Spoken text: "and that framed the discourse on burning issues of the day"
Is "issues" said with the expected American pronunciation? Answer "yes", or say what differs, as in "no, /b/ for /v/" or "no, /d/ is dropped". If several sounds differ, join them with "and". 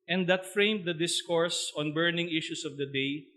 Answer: no, /s/ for /z/